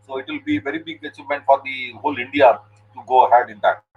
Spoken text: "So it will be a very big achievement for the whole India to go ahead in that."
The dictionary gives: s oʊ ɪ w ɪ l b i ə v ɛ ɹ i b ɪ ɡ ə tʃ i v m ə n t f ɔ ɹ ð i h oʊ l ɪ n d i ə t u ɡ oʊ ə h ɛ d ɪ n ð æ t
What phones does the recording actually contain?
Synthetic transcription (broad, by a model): s oʊ ɪ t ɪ l b i v ɛ ɹ i b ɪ ɡ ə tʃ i m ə n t f ɔ ɹ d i h oʊ l ɪ n d i ə t u ɡ oʊ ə h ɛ d ɪ n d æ t